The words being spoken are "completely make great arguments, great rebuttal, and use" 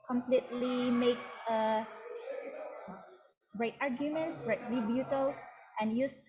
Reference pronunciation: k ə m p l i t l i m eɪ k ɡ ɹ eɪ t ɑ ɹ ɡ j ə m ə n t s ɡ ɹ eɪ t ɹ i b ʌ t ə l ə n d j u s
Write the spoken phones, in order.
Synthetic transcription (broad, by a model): k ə m p l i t l i m eɪ k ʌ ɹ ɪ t ɑ ɹ ɡ j ə m ə n t s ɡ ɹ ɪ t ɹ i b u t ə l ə n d j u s